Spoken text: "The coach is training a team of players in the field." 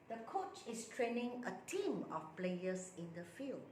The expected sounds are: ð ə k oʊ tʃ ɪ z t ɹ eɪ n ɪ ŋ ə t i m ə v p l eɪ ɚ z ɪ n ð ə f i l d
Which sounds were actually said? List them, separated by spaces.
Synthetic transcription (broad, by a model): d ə k oʊ tʃ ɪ s t ɹ eɪ n ɪ ŋ ə t i m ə f p l eɪ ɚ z ɪ n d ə f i l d